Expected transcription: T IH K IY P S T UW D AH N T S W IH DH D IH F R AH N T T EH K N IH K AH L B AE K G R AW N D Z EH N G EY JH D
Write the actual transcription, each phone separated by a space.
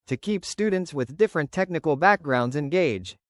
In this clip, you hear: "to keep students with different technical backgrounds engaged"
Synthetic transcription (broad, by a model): T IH K IY P S T UW D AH N T S W IH DH D IH F R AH N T T EH K N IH K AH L B AE K G R AW N D Z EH N G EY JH